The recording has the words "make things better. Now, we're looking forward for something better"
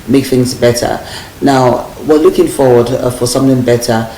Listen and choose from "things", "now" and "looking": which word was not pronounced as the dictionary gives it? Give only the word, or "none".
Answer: none